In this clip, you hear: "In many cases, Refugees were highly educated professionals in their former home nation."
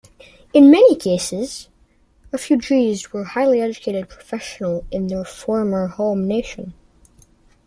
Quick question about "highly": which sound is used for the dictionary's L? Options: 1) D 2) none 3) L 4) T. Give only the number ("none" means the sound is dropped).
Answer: 3